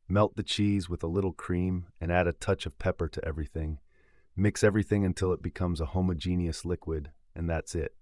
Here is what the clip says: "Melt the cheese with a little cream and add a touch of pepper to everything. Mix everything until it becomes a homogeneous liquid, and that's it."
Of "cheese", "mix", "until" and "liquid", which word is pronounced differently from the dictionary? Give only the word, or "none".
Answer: none